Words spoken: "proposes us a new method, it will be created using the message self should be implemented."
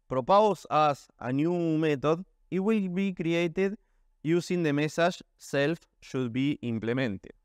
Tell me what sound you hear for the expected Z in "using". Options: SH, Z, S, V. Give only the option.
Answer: S